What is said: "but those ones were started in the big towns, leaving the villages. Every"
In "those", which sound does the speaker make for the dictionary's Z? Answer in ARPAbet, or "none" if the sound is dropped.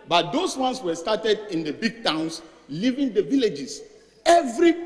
S